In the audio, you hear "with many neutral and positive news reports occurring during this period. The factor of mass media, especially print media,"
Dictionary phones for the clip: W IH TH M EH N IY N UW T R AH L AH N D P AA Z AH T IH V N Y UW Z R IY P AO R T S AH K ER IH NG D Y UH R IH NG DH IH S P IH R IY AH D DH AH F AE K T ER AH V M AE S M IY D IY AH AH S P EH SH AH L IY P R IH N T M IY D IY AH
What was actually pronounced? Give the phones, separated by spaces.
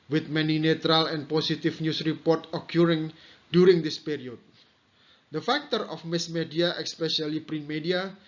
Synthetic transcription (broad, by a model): W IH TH M EH N IY N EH T R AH L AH N P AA S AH T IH F N Y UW S R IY P AO R T AH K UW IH NG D Y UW R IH NG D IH S P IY R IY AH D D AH F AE K T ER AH F M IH S M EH D IY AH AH S P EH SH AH L IY P R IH N M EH D IY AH